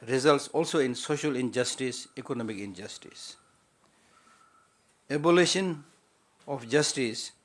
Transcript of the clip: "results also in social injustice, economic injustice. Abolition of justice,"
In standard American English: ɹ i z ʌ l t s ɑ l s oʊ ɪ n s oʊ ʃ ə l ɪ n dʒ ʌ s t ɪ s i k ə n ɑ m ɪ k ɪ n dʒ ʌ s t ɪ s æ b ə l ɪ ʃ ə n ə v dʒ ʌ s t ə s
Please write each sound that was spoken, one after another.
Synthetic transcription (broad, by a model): ɹ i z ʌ l t s ɑ l s oʊ ɪ n s oʊ ʃ ə l ɪ n dʒ ʌ s t ɪ s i k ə n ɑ m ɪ k ɪ n dʒ ʌ s t ɪ s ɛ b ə l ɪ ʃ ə n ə f dʒ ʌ s t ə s